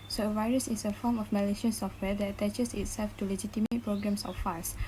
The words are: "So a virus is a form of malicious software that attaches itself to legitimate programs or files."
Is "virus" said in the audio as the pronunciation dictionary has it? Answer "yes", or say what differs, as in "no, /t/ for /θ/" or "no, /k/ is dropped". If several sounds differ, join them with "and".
yes